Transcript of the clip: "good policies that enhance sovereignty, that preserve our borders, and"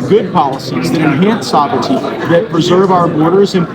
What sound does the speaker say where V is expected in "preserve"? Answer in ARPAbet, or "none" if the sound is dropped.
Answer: V